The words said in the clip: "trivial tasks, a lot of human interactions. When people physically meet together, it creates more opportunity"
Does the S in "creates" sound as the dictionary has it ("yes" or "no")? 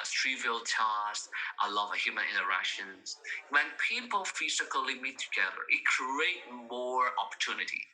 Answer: no